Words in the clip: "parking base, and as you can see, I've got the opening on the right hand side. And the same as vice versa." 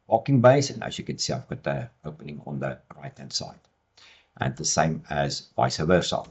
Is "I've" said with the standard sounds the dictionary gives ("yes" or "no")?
no